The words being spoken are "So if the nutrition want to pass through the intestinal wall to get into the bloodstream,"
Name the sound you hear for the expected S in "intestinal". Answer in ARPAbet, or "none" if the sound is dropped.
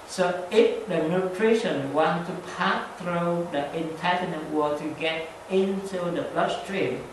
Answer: none